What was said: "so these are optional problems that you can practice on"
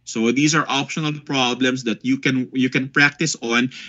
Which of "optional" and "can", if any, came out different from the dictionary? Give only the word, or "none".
none